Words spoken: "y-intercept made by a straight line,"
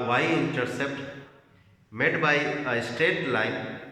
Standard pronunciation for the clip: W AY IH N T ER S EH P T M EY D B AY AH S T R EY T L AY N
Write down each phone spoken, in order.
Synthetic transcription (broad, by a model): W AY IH N T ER S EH P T M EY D B AY AH S T EY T L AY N